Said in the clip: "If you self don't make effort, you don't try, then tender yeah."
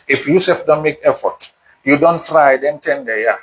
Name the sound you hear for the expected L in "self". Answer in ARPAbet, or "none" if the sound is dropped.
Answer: none